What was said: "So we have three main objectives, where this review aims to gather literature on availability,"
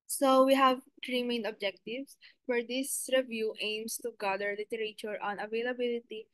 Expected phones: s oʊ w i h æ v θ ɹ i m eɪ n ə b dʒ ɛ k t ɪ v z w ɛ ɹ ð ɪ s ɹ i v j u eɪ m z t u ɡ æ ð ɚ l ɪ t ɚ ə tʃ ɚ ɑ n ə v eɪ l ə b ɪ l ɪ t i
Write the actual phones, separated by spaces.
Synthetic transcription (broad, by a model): s oʊ w i h æ v t ɹ i m eɪ n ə b dʒ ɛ k t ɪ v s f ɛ ɹ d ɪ s ɹ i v j u eɪ m s t u ɡ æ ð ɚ l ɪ t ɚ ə tʃ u ɑ n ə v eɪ l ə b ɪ l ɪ t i